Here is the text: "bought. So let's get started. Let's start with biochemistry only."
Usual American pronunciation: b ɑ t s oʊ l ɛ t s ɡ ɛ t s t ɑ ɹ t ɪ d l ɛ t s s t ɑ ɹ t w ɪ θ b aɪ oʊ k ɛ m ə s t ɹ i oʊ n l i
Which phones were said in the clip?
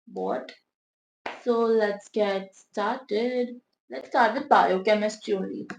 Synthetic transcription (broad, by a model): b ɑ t s oʊ l ɛ t s ɡ ɛ t s t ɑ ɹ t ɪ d l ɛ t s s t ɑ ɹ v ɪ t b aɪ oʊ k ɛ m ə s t i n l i